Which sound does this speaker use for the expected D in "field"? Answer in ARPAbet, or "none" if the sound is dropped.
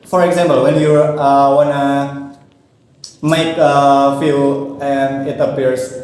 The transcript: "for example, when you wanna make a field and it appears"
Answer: none